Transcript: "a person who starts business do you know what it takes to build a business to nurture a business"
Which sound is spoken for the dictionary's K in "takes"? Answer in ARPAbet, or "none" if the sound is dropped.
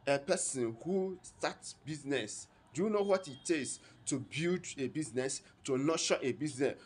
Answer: none